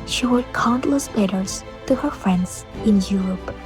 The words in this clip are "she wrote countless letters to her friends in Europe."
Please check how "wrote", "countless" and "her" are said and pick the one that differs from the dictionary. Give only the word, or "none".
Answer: wrote